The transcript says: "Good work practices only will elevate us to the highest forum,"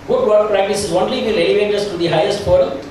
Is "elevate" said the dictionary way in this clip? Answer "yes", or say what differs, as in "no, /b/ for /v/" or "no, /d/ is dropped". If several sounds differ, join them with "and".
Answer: yes